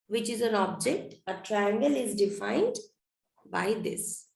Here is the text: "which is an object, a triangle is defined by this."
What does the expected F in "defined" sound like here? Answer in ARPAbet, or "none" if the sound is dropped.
F